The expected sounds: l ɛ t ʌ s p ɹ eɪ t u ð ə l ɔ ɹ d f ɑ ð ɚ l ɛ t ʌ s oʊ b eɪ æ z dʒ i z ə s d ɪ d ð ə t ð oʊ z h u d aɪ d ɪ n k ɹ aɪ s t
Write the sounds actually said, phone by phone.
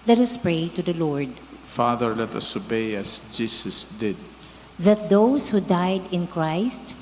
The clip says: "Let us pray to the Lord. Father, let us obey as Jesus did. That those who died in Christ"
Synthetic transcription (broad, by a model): l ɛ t ʌ s p ɹ eɪ t u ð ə l ɔ ɹ d f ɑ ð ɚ l ɛ t ʌ s oʊ b eɪ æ s dʒ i s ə s d ɪ d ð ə t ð oʊ s h u d aɪ d ɪ n k ɹ aɪ s t